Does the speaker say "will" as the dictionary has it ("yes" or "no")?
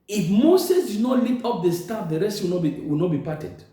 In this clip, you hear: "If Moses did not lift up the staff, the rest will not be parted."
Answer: no